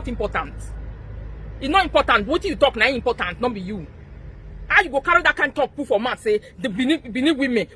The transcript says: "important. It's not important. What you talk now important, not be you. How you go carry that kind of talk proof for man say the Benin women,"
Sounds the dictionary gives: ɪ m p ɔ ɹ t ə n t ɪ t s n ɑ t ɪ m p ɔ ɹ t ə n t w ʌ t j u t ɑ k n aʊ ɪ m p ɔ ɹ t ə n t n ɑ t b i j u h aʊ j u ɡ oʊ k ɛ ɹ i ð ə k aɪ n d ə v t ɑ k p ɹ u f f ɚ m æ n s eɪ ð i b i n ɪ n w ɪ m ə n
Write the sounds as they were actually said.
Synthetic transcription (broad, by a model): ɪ m p ɔ t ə n t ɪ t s n ɑ t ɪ m p ɔ t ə n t w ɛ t j u t ɑ k n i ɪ m p ɔ t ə n t n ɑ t b i j u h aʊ j u ɡ oʊ k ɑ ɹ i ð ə k aɪ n t ɑ k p u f f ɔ m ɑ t s eɪ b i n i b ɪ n w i m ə n